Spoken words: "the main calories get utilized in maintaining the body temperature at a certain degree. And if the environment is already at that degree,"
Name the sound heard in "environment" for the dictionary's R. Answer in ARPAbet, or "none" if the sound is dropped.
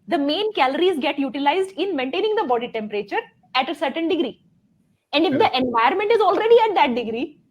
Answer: none